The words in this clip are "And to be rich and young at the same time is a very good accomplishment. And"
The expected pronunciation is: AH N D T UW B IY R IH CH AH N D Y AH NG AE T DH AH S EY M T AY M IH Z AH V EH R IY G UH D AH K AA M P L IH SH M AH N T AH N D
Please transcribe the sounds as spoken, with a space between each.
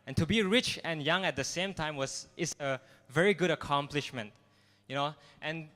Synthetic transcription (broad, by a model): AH N T UW B IY R IH CH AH N Y AH NG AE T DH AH S EY M T AY M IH S AH V EH R IY G UH D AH K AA M P L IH SH M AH N T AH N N